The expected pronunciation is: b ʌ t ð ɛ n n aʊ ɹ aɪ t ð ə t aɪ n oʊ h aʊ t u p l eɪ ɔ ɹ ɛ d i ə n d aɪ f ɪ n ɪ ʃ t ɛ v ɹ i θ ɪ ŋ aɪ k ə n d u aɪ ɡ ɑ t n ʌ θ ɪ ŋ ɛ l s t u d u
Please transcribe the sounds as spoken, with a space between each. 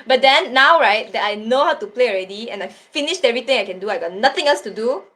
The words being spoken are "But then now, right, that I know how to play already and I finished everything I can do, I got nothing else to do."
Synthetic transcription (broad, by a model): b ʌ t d ɛ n n aʊ ɹ aɪ t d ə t aɪ n oʊ h aʊ t u p l eɪ ɔ ɹ ɛ d i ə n aɪ f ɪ n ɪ ʃ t ɛ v ɹ i t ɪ ŋ aɪ k ə n d u aɪ ɡ ɑ t n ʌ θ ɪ ŋ ɛ l s t u d u